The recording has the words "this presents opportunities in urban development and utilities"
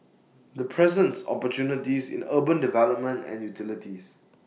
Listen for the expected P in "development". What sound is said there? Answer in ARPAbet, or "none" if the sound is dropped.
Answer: none